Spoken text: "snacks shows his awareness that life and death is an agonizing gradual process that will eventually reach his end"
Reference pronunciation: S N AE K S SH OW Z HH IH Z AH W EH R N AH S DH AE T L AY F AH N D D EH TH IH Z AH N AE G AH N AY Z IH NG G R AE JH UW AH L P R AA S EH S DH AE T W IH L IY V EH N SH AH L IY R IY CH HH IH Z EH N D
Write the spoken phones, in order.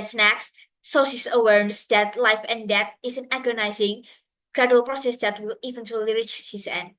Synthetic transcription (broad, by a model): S N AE K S S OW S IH S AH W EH R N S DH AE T L AY F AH N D D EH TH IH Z AH N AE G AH N AY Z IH NG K R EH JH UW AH L P R AA S EH S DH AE T W IH L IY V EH N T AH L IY R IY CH HH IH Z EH N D